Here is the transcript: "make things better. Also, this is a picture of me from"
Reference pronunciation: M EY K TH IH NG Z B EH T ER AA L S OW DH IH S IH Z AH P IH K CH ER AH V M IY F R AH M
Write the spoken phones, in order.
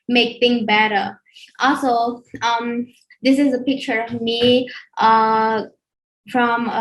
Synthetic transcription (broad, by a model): M EY K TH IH NG B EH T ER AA L S OW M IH S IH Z AH P IH K CH ER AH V M IY F R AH M